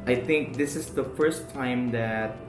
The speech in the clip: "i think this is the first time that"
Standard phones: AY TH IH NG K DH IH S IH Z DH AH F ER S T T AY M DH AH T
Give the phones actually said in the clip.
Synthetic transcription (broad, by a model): AY TH IH NG K DH IH S IH Z DH AH F ER S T T AY M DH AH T